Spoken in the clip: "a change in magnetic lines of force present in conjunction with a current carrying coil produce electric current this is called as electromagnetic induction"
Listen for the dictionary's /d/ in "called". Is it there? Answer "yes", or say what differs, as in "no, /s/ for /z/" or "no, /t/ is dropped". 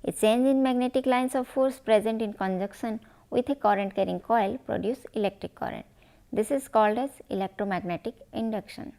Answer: yes